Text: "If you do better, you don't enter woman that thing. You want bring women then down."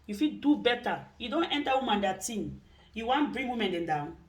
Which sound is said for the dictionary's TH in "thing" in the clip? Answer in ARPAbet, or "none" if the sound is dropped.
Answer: T